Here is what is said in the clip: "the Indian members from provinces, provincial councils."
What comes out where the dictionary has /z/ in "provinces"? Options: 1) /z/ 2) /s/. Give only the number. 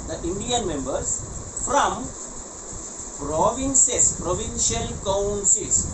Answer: 2